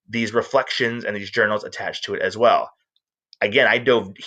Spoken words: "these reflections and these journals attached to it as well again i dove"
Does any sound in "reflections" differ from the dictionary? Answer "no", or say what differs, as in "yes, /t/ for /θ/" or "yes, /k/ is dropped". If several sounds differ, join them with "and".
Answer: no